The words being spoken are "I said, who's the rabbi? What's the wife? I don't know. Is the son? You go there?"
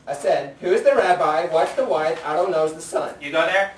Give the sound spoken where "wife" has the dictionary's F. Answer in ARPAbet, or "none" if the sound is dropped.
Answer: none